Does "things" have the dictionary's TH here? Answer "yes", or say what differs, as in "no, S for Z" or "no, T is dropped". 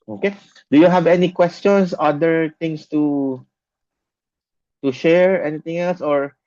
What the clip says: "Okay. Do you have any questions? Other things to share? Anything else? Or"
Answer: no, T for TH